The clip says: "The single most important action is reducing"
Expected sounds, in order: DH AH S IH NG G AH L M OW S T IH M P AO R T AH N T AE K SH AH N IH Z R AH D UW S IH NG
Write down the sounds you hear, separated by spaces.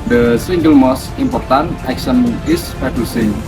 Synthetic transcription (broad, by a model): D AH S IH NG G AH L M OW S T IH M P AO R T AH N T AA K S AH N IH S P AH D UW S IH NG